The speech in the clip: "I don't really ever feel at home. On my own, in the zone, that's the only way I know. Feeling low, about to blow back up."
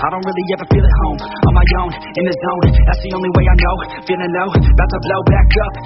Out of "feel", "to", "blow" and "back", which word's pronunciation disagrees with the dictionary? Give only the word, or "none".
to